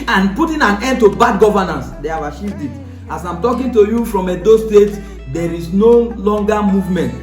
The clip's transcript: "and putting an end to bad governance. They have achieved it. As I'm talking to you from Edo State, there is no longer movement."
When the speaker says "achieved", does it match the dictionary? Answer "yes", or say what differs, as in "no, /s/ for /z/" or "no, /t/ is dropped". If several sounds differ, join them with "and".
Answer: no, /ʃ/ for /tʃ/